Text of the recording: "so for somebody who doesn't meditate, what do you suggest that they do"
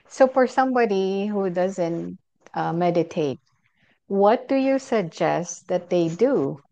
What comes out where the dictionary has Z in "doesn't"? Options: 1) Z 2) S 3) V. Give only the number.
1